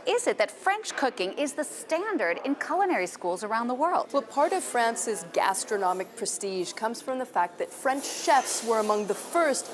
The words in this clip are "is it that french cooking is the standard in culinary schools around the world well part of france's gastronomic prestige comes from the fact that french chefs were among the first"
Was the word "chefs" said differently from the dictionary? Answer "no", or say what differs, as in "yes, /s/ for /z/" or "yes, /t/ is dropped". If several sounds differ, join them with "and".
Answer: no